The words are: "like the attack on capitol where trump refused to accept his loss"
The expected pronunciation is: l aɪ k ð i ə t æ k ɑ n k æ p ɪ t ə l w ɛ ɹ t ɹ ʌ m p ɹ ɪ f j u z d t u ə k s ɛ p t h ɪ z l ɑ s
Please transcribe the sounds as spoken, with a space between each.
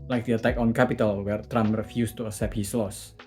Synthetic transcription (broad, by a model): l aɪ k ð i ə t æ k ɑ n k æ p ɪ t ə l w ɛ ɹ t ɹ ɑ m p ɹ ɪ f j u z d t u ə s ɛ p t h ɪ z l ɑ s